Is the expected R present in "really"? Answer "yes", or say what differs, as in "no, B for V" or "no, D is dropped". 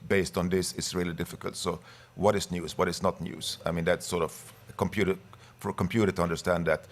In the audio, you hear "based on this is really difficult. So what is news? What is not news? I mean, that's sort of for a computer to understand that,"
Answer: yes